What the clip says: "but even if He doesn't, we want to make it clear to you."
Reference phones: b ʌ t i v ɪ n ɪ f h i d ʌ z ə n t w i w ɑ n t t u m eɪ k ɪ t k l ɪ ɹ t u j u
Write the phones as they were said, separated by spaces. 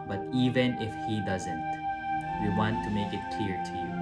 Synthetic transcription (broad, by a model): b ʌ t i v ɪ n ɪ f h i d ʌ z ə n t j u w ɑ n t t u m eɪ k ɪ t k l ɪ ɹ t u j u